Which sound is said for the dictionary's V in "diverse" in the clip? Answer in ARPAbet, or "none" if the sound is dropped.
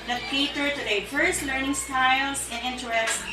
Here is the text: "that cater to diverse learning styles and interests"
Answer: F